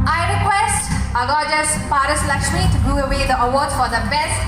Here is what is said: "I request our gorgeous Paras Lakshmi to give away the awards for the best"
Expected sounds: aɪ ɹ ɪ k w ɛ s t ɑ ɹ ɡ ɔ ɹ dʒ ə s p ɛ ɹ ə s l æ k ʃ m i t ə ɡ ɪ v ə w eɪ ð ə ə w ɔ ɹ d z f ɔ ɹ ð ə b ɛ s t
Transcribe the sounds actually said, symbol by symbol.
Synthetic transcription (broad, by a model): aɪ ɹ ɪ k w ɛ s t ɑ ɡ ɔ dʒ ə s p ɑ ɹ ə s l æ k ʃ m i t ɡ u ə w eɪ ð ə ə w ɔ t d f ɔ ɹ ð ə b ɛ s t